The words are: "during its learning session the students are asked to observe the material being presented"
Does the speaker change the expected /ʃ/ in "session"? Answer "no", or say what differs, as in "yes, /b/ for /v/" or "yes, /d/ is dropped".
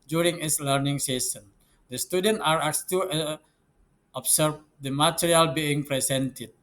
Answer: yes, /s/ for /ʃ/